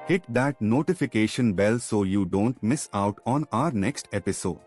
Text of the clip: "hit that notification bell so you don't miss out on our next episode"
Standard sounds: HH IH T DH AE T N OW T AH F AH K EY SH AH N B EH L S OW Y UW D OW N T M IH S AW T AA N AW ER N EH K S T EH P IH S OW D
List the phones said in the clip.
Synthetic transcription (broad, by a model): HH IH T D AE T N OW T AH F AH K EY SH AH N B EH L S OW Y UW D OW N T M IH S AW T AA N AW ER N EH K S T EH P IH S OW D